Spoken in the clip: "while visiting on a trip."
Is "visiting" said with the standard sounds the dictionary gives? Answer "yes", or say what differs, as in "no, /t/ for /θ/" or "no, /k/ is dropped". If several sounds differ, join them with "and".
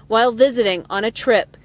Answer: yes